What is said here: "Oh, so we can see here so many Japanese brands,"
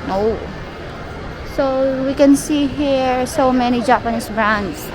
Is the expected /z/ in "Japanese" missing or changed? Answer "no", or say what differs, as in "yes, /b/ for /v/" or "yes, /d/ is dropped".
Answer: yes, /s/ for /z/